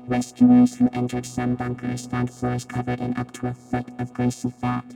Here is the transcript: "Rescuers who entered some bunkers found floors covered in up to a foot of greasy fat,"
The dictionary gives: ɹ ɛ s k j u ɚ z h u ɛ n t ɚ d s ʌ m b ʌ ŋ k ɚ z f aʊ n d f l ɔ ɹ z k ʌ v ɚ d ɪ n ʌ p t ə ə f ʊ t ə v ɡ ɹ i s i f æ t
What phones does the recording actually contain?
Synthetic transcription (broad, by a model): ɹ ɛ s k j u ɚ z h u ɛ n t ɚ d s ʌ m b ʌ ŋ k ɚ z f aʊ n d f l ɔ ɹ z k ʌ v ɚ d ɪ n ʌ p t ə ə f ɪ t ə v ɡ ɹ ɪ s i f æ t